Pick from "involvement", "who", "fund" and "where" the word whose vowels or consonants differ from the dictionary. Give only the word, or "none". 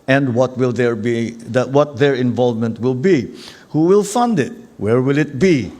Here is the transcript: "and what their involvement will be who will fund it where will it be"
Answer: none